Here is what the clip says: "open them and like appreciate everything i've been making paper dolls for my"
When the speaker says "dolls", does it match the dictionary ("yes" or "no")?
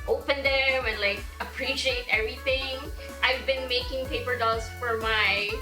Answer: no